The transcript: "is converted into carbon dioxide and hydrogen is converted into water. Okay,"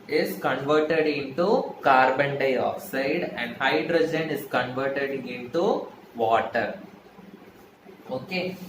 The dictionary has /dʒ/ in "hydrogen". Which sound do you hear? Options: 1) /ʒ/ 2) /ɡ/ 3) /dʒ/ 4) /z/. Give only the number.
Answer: 3